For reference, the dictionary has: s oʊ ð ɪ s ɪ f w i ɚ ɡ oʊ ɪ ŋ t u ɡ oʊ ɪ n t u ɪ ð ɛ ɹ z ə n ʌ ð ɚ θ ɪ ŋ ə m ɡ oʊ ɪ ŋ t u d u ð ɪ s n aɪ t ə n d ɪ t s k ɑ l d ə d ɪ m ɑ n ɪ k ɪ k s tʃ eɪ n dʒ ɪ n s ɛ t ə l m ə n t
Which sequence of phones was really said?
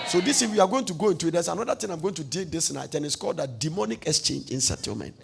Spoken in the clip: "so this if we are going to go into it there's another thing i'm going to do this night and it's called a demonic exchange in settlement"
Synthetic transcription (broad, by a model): s oʊ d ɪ s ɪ w i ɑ ɡ oʊ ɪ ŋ t u ɡ oʊ ɪ n t u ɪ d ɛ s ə n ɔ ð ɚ t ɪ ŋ ə m ɡ oʊ ɪ ŋ t u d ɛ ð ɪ s n aɪ t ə n ɪ t s k ɑ l d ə d ɪ m ɑ n ɪ k ɪ k s tʃ eɪ n dʒ ɪ n s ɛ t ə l m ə n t